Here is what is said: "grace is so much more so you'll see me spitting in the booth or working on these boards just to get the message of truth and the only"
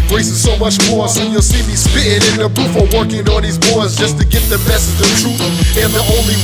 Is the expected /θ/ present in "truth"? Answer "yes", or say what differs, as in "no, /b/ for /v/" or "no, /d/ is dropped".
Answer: no, /t/ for /θ/